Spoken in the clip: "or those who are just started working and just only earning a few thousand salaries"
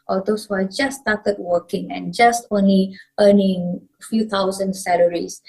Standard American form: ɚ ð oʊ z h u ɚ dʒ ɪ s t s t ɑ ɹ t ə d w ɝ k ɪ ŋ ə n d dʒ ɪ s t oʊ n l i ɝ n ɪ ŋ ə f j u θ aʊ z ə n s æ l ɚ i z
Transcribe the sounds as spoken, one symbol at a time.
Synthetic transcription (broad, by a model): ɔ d oʊ s h u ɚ dʒ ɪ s s t ɑ t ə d w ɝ k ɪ ŋ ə n dʒ ɪ s t oʊ n l i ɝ n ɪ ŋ ə f j u t aʊ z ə n s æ l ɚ i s